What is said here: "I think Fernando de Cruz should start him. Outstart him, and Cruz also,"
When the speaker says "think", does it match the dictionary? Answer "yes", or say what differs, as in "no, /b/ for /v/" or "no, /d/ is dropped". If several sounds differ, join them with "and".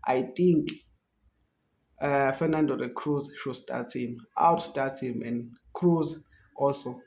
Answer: no, /t/ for /θ/